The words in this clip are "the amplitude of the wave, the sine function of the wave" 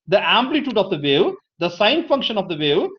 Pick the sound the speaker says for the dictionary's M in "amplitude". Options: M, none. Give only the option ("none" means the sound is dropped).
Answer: M